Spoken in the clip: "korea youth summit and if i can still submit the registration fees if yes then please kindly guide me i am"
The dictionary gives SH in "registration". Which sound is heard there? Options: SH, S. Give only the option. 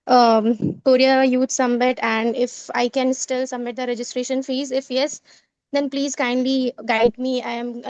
SH